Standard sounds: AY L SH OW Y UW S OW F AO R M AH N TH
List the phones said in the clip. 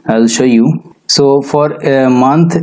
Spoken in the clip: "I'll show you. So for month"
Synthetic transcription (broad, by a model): AY L SH OW Y UW S OW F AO R M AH N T